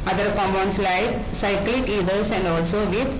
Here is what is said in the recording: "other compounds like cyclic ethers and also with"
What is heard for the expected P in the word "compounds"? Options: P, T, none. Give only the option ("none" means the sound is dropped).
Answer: none